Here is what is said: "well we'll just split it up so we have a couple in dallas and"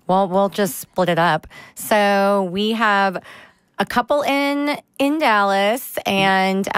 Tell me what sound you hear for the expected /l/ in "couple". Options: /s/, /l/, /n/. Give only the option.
/n/